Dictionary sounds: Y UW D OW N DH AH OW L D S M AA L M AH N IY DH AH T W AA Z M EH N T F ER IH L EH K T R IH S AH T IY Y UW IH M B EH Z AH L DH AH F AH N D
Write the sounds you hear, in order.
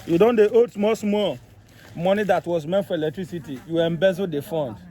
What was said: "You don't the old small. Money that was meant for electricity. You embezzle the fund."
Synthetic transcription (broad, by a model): Y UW D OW N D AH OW D S M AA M M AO N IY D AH T W AA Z M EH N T F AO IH L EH K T R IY S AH T IY Y UW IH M B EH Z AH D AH F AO N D